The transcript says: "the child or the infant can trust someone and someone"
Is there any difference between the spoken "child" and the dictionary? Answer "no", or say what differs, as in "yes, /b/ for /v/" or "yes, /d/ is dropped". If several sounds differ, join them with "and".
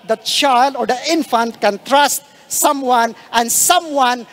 no